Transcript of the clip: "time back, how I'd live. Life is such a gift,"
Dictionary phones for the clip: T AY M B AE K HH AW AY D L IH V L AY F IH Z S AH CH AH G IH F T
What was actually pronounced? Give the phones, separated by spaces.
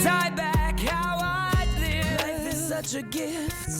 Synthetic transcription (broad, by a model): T AY B AE K HH AW AY D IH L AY IH S AH CH AH G IH F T